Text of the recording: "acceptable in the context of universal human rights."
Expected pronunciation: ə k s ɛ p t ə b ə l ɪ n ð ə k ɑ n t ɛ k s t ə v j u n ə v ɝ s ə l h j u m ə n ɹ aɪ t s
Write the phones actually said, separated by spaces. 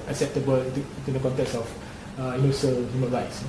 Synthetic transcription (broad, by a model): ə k s ɛ p t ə b ə l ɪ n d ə k ɑ n t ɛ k s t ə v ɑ ə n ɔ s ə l h j u m ə n ɹ aɪ t s